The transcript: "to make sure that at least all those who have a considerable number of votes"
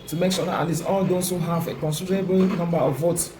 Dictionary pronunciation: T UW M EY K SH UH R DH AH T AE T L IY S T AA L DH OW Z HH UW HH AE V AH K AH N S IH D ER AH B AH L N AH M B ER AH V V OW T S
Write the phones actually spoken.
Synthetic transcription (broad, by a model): T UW M EY K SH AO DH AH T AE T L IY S AA L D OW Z HH UW HH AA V AH K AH N S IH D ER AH B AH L N AH M B ER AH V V OW T S